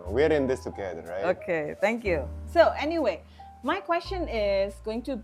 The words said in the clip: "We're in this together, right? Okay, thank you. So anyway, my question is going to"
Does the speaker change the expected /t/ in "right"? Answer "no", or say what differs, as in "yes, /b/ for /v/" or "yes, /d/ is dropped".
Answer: yes, /t/ is dropped